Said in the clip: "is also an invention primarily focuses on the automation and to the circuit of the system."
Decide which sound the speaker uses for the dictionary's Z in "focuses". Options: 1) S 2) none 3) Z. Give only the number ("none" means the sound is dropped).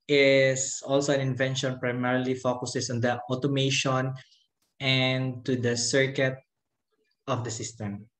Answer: 1